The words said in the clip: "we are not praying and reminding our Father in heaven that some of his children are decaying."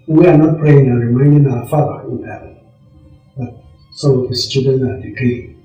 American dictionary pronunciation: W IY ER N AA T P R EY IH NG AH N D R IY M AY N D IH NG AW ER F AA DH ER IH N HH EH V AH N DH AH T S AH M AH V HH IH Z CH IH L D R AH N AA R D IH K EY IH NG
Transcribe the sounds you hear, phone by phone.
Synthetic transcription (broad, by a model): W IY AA N AA T P R EY IH NG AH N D R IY M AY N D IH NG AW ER F AA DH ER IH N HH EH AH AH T S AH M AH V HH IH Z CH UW D AH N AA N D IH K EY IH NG